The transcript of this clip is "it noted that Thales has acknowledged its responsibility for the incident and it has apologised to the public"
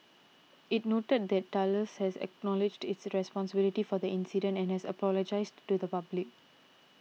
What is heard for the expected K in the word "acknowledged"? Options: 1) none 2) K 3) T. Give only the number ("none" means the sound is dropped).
2